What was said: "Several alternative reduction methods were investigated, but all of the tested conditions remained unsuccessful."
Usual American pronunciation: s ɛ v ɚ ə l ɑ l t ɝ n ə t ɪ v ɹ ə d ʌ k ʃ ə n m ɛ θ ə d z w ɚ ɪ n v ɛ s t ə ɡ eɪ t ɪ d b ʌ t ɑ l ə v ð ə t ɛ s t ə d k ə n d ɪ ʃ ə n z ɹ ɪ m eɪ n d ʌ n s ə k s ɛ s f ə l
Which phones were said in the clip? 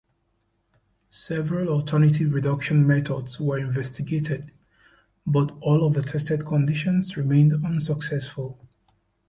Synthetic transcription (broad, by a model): s ɛ v ɚ ə l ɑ t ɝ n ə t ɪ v ɹ ə d ʌ k ʃ ə n m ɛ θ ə d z w ɚ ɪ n v ɛ s t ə ɡ eɪ t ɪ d b ʌ t ɑ l ə v ð ə t ɛ s t ə d k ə n d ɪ ʃ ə n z ɹ ɪ m eɪ n d ʌ n s ə k s ɛ s f ə l